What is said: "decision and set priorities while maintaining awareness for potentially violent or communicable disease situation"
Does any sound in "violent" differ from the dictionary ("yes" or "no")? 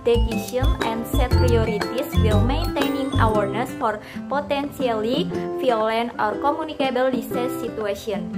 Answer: yes